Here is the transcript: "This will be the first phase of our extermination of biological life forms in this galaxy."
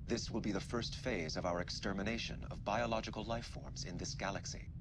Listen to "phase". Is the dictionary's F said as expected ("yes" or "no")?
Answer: yes